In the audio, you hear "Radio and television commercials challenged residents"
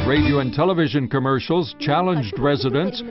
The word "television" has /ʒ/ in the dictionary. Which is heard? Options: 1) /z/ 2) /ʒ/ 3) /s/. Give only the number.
2